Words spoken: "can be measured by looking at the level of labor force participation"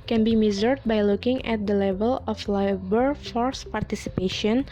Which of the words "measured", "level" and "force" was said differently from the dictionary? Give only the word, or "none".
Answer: measured